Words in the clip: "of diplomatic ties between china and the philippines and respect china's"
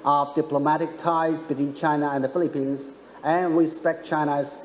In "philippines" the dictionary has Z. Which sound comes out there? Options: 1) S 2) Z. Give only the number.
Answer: 2